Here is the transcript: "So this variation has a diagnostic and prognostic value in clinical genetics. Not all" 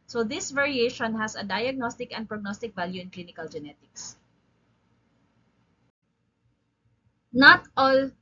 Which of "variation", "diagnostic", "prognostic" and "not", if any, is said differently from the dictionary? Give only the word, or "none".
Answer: none